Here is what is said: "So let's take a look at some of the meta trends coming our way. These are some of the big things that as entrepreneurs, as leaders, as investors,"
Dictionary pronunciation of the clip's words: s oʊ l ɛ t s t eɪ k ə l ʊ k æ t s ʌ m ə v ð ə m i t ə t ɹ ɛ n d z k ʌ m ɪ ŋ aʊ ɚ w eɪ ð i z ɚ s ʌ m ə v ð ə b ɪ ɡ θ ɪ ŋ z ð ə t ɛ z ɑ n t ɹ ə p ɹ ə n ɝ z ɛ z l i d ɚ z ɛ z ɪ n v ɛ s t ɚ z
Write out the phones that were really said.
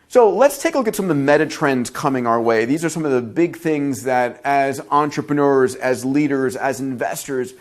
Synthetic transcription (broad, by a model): s oʊ l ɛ t s t eɪ k ə l ʊ k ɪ t s ʌ m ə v ð ə m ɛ t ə t ɹ ɛ n d z k ʌ m ɪ ŋ aʊ ɚ w eɪ ð i z ɚ s ʌ m ə v ð ə b ɪ ɡ θ ɪ ŋ z ð ə t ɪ z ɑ n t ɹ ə p ɹ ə n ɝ z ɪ z l i d ɚ z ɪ z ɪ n v ɛ s t ɚ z